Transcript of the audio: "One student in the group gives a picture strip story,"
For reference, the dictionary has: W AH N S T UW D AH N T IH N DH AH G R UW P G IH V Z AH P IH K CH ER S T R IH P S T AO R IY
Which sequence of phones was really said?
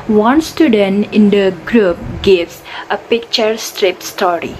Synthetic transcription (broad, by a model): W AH N S T UW D AH N T IH N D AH G R UW P G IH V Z AH P IH K CH ER S T R IH P S T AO R IY